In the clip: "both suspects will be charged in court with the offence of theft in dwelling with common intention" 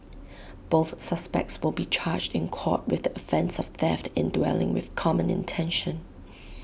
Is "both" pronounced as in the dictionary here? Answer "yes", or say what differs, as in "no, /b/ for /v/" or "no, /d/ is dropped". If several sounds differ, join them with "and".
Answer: yes